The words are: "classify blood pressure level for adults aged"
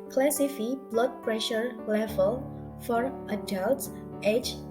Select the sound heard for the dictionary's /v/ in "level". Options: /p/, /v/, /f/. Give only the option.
/f/